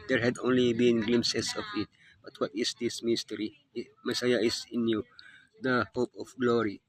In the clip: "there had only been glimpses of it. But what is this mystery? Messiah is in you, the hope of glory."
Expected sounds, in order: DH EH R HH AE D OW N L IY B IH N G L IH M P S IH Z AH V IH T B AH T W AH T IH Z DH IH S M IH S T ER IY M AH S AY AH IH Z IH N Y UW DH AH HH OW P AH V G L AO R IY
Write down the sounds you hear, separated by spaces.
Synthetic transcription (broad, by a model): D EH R HH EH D OW N L IY B IH N G L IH M S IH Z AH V IH T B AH T W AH T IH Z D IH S M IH S T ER IY M AH S AY AH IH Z IH N Y UW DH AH HH OW P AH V G L AO R IY